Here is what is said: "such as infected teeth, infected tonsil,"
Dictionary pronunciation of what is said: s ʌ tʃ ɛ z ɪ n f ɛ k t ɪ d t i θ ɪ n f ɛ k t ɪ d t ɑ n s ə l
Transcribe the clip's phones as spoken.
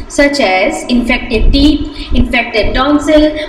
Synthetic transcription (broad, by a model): s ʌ tʃ ɛ z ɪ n f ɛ k t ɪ d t i t ɪ n f ɛ k t ɪ d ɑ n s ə l